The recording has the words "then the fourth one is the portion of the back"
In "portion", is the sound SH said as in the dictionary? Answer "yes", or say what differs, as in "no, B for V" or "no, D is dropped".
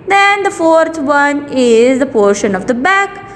yes